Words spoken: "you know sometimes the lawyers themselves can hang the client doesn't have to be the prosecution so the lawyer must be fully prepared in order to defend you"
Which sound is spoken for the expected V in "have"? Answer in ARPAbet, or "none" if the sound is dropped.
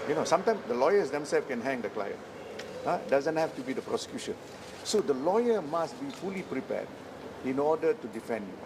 F